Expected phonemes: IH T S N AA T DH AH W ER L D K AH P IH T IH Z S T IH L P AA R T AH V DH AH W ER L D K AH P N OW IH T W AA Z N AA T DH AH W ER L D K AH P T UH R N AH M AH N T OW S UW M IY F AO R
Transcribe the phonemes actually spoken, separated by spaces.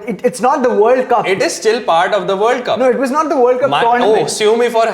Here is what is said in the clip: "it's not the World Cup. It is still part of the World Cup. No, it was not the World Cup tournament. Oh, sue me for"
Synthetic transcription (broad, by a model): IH T S N AA T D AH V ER L D K AH P IH T IH Z S T IH L P AA R T AH V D AH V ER L D K AH P N OW IH T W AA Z N AA T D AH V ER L D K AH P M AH AH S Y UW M M IY F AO R